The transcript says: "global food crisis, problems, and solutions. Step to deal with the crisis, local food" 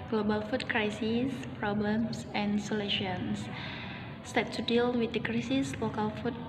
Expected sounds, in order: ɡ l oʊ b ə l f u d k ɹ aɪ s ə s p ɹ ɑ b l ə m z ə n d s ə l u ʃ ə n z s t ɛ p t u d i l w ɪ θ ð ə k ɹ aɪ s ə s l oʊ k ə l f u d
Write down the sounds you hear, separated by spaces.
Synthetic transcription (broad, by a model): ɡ l oʊ b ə l f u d k ɹ aɪ s ə s p ɹ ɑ b l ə m s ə n s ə l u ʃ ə n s s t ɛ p t u d i l w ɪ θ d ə k ɹ aɪ s ə s l oʊ k ə l f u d